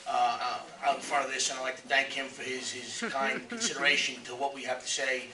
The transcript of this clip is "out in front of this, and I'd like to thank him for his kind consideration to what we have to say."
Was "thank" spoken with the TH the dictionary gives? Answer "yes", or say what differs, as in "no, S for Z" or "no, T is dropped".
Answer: yes